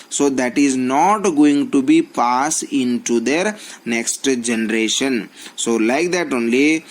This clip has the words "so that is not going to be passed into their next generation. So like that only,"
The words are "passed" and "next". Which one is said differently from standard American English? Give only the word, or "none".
passed